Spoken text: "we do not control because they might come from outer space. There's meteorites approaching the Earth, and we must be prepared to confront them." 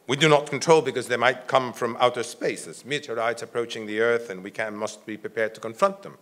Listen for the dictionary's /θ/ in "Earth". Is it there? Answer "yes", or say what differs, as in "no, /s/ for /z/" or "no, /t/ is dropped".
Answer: yes